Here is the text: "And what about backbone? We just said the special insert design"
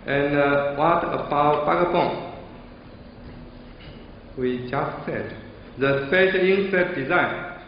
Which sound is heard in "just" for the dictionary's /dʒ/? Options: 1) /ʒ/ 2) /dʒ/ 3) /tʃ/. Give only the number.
2